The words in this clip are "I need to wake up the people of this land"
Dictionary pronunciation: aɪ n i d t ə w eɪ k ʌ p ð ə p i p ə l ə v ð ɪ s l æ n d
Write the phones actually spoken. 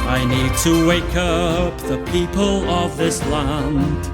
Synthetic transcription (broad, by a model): aɪ n i d t ə w eɪ k ʌ p ð ə p i p ə l ə v ð ɪ s l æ n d